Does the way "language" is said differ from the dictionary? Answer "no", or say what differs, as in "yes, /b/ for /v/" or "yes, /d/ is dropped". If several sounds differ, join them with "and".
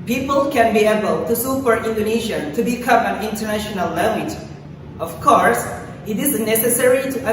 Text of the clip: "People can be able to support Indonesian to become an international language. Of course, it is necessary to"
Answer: no